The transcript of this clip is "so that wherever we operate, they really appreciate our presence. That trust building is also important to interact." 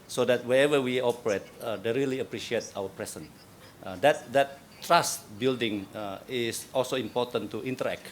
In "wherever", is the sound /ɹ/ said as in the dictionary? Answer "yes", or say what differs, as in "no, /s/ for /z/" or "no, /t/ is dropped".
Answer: no, /ɹ/ is dropped